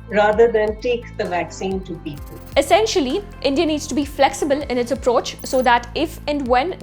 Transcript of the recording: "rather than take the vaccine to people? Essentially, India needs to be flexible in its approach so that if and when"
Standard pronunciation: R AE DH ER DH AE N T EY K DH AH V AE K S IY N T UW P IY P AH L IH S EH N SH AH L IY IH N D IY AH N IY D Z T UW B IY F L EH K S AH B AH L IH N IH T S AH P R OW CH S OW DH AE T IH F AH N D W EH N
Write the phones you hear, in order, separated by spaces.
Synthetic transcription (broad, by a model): R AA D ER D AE N T EY K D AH V AE K S IY N T UW P IY P AH L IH S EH N SH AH L IY IH N D IY AH N IY D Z T UW B IY F L EH K S AH B AH L IH N IH T S AH P R OW CH S OW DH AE T IH F AH N D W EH N